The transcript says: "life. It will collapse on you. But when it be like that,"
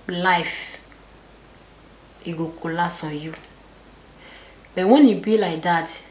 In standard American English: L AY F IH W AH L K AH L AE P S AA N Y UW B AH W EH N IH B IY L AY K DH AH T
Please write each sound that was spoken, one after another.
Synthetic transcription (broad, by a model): L AY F IH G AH K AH L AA S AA Y UW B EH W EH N IH B IY L AY K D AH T